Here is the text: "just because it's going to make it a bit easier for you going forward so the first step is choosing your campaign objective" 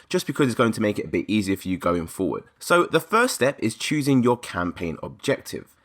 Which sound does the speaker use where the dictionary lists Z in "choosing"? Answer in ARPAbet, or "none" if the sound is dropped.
Z